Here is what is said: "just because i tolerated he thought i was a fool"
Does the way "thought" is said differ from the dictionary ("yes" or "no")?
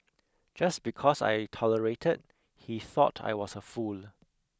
no